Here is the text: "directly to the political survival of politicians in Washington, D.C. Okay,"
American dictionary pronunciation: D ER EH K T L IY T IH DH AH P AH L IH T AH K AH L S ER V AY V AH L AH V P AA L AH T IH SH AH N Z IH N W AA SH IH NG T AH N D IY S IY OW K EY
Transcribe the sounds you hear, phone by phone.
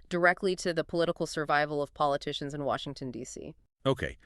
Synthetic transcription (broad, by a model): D ER EH K T L IY T IH DH AH P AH L IH T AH K L S ER V AY V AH L AH V P AA L AH T IH SH AH N Z IH N W AA SH IH NG T AH N D IY S IY OW K EY